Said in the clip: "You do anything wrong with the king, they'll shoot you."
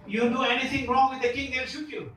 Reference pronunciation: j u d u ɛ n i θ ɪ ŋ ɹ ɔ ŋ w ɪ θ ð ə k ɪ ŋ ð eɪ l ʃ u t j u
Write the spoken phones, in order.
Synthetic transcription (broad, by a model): j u d u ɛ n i t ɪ ŋ ɹ ɔ ŋ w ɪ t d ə k ɪ ŋ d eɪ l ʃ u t j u